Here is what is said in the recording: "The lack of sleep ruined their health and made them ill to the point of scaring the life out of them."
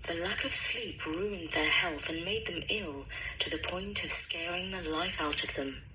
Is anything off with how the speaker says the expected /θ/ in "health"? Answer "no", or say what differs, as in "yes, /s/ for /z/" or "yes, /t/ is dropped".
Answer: no